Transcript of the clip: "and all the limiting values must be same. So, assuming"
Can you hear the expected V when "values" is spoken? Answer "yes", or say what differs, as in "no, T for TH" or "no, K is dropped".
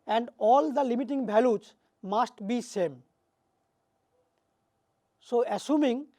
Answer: no, B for V